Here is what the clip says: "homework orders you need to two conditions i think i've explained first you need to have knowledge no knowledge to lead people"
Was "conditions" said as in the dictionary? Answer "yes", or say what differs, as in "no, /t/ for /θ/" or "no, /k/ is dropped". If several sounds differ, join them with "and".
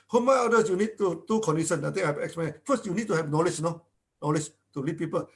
no, /z/ is dropped